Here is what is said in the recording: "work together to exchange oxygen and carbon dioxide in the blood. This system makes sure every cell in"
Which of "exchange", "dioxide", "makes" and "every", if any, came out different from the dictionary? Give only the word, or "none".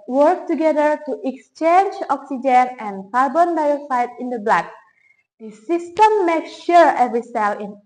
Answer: dioxide